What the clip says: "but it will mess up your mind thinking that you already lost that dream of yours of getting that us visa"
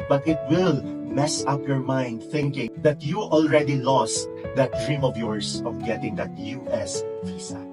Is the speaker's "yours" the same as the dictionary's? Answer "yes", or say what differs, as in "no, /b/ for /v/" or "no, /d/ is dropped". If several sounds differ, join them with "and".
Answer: no, /s/ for /z/